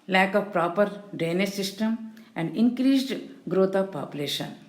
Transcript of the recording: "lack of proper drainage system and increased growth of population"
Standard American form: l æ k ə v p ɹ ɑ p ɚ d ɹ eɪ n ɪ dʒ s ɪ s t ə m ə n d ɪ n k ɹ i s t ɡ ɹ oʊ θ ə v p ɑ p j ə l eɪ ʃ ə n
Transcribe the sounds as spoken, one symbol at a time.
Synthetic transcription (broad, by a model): l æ k ə v p ɹ ɑ p ɚ d eɪ n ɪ s ɪ s t ə m ə n d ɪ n k ɹ i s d ɡ ɹ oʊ t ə p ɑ p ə l eɪ ʃ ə n